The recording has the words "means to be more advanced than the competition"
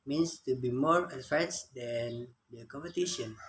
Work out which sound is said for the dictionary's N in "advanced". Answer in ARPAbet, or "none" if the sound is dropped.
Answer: none